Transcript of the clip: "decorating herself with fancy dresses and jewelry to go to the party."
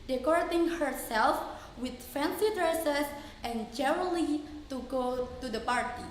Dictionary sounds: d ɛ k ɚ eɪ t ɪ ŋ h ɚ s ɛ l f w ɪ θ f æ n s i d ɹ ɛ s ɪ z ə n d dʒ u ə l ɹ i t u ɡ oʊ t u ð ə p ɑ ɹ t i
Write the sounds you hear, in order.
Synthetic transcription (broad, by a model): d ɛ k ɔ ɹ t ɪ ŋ h ɚ s ɛ l f w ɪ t f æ n s i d ɹ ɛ s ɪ s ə n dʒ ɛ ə l i t u ɡ oʊ t u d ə p ɑ ɹ t i